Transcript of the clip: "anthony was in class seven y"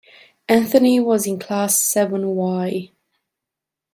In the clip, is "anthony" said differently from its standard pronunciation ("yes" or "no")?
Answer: no